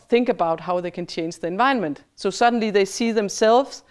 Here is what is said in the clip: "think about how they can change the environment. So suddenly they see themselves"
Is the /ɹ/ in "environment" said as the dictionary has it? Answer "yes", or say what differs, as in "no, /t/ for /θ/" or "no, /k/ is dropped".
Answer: no, /ɹ/ is dropped